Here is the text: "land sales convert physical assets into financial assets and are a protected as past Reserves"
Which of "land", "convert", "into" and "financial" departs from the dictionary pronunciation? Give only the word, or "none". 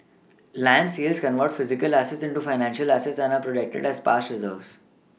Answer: none